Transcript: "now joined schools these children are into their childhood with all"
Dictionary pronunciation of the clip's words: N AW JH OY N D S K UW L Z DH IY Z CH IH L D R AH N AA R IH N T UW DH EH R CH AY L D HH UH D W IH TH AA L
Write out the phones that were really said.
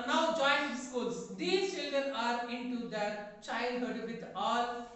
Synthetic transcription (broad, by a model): N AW JH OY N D S K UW L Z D IY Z CH IH L D R AH N AA R IH N T UW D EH R CH AY L D HH UH D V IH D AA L